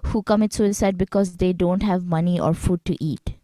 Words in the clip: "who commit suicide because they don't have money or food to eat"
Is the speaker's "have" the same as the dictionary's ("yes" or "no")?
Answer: yes